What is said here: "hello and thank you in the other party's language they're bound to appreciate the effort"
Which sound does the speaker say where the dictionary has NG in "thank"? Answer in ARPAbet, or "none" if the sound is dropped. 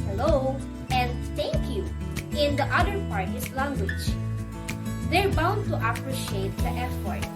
none